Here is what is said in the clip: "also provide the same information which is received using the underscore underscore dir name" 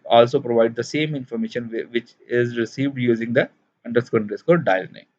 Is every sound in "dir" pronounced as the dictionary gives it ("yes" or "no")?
no